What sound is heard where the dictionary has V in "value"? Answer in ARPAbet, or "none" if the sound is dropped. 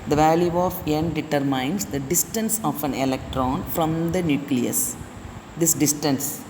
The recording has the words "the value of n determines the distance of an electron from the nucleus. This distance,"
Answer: V